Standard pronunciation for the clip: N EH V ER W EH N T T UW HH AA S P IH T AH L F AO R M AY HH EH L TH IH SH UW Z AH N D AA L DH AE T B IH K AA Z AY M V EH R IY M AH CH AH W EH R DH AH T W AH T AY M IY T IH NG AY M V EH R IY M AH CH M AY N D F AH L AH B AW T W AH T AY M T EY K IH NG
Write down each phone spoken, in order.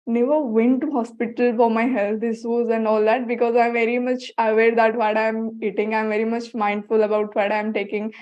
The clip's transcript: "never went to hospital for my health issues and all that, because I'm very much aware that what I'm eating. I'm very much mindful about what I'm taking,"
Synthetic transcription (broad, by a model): N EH V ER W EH N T T UW HH AA S P IH T AH L F AO R M AY HH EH L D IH S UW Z AH N D AA L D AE T B IH K AA Z AY M V EH R IY M AH CH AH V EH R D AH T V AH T AY M IY T IH NG AY M V EH R IY M AH CH M AY N D F AH L AH B AW T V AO T AY M T EY K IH NG